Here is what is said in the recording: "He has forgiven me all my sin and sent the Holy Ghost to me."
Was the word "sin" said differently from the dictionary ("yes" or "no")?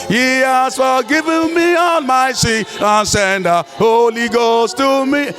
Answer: yes